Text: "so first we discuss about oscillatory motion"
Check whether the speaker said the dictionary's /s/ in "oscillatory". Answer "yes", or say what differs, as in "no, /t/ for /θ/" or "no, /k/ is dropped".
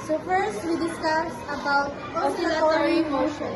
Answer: no, /s/ is dropped